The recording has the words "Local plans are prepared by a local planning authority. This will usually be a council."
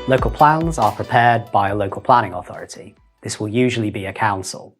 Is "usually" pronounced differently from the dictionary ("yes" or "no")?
no